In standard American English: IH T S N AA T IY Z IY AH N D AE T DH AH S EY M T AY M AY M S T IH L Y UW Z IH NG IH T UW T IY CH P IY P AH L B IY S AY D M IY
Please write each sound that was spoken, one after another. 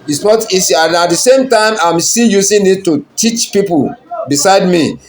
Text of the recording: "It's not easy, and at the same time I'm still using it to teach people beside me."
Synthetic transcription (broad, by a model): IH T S N AA T IY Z IY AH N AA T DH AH S EY M T AY M AY M S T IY Y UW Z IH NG IH T UW T IY CH P IY P AH L B IY S AY D M IY